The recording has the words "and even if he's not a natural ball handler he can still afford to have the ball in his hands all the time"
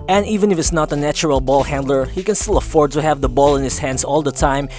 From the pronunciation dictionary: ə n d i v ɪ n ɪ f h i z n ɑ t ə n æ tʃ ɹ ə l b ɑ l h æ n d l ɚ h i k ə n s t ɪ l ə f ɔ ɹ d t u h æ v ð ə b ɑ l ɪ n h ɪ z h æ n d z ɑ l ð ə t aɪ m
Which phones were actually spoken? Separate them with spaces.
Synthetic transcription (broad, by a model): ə n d i v ɪ n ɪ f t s n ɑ t ə n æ tʃ ɹ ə l b ɑ l h æ n d l ɚ h i k ə n s t ɪ l ə f ɔ ɹ d t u h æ v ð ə b ɑ l ɪ n h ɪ s h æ n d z ɑ l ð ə t aɪ m